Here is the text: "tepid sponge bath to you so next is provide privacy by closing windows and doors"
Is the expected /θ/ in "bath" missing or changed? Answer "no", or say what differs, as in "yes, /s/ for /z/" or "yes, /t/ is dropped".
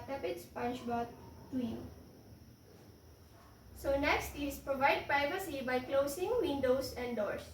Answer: yes, /t/ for /θ/